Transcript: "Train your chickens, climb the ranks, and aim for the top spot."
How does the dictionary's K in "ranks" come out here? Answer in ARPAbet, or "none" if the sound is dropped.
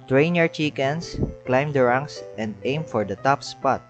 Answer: none